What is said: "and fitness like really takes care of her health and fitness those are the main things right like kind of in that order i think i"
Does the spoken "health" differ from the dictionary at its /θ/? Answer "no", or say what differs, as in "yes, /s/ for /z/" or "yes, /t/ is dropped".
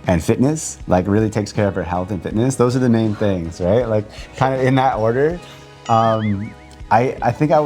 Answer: no